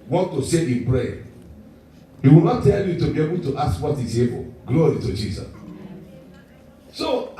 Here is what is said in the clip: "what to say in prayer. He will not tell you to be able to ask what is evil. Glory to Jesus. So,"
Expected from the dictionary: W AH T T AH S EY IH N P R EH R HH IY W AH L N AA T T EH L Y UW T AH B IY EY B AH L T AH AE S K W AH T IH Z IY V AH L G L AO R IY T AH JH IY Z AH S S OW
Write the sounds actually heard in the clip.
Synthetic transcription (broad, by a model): W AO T T AH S EY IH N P R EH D HH IY W AH L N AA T T EH L Y UW T AH B IY EY B AH L T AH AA S K W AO T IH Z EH B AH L G L AO R IY T AH JH IY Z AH S S OW